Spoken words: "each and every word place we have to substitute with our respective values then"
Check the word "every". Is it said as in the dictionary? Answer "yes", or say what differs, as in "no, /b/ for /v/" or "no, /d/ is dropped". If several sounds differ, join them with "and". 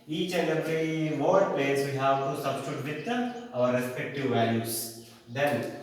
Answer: no, /v/ is dropped